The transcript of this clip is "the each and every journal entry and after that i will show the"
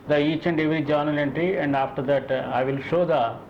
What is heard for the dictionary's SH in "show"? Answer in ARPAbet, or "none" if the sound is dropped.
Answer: SH